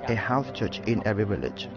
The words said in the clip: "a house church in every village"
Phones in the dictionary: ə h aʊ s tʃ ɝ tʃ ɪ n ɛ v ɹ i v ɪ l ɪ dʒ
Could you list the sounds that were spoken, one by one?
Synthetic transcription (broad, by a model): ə h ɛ θ tʃ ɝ tʃ ɪ n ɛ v ɹ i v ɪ l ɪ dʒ